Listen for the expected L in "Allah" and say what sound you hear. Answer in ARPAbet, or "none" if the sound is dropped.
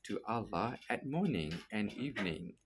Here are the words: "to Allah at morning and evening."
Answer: L